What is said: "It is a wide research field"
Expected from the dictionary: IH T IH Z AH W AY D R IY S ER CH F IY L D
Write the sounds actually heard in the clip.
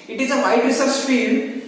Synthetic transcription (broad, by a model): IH T IH Z AH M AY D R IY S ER S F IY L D